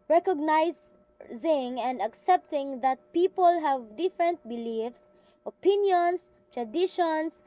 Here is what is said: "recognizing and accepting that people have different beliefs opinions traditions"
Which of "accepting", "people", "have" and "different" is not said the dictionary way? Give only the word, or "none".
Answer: none